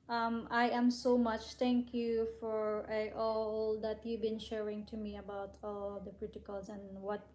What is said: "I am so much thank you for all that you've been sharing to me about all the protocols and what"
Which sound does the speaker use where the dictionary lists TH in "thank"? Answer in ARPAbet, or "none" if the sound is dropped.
T